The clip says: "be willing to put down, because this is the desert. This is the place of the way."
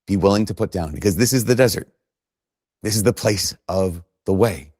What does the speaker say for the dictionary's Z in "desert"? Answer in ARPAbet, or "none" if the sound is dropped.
Z